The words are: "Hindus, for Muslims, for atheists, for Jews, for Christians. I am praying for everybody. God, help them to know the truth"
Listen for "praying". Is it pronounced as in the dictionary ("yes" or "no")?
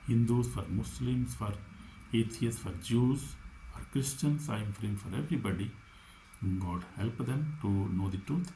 no